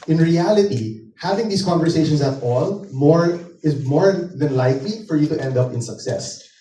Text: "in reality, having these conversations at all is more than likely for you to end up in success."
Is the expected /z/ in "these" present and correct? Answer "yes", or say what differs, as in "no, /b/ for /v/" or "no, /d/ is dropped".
no, /s/ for /z/